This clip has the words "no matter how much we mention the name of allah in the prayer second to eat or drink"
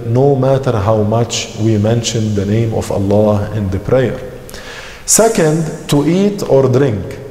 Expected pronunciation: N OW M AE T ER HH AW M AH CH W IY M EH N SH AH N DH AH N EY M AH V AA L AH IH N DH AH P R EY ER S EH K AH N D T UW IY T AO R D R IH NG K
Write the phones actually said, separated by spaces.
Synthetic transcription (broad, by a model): N OW M AE T ER HH AW M AH CH W IY M EH N SH AH N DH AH N EY M AH V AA L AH IH N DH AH P R EY ER S EH K AH N D T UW IY T AO R D R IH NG K